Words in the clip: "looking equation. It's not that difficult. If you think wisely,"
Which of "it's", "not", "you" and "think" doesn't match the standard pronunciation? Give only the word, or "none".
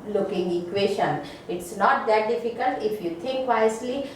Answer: think